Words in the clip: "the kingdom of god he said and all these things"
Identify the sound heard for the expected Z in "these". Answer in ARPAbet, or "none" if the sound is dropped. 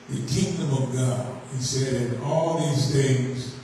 Z